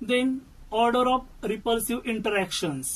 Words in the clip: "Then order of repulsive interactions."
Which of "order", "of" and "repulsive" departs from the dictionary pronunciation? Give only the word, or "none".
of